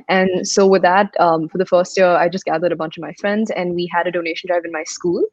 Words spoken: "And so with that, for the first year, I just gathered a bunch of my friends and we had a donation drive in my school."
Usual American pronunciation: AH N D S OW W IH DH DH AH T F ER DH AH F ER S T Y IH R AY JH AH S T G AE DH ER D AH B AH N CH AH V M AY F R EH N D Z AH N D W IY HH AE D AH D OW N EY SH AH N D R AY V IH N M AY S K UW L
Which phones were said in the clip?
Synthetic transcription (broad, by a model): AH N S OW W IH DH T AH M F ER DH AH F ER S T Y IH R AY JH AH S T G AE DH ER D AH B AH N CH AH V M AY F R EH N D Z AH N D W IY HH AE D AH D OW N EY SH AH N D R AY V IH N M AY S K UW L